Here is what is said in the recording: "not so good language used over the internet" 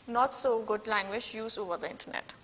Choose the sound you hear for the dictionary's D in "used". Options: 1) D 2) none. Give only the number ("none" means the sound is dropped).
2